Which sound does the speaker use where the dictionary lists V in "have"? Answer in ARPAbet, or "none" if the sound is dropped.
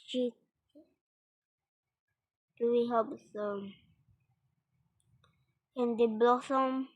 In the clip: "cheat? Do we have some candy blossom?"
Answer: P